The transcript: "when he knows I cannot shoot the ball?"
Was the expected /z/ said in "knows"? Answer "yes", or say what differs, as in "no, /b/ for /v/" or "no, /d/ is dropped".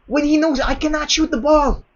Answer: yes